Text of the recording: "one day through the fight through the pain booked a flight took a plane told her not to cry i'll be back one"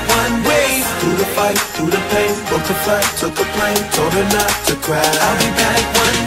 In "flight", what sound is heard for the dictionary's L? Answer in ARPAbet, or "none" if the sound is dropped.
none